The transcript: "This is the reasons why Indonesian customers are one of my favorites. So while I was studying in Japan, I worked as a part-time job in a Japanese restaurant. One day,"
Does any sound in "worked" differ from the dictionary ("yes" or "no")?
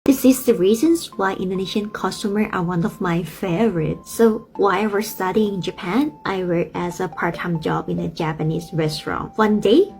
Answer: yes